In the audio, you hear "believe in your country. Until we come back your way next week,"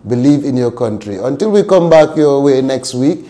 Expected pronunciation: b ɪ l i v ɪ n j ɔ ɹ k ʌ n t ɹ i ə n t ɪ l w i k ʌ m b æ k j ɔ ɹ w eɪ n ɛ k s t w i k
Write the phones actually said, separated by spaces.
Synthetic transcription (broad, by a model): b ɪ l i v ɪ n j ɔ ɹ k ʌ n t ɹ i ə n t ɪ l w i k ʌ m b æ k j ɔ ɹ w eɪ n ɛ k s t w i k